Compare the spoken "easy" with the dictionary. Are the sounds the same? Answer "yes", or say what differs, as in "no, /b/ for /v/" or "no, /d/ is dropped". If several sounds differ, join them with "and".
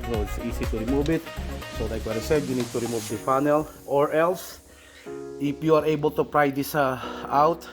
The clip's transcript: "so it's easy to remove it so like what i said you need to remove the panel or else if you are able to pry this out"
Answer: no, /s/ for /z/